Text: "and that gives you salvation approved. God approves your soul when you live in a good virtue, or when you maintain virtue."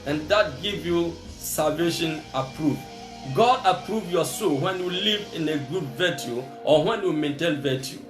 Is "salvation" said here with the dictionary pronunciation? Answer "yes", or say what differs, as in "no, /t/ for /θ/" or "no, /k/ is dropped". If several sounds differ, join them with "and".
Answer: yes